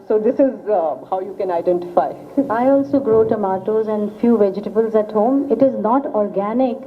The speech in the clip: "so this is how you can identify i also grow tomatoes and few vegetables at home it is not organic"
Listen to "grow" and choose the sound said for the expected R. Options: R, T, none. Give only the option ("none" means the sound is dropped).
R